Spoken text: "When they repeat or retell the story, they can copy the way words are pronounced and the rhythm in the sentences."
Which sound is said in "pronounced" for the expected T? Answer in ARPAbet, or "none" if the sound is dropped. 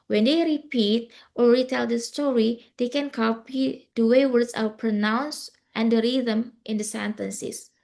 T